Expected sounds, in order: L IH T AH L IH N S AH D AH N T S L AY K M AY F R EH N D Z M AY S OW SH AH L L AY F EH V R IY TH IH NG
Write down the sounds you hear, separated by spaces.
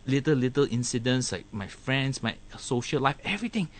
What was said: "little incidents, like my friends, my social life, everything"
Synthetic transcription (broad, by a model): L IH T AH L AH N S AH D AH N S L AY K M AY F R EH N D S M AY S OW SH AH L L AY F EH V R IY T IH NG